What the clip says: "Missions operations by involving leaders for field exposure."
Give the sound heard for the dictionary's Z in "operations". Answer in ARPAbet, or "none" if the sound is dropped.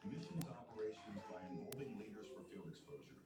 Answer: Z